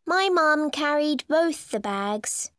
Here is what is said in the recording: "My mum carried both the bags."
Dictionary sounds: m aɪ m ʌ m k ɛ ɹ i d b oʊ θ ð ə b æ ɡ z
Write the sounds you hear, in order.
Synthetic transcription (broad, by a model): m aɪ m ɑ m k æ ɹ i d b oʊ θ ð ə b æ ɡ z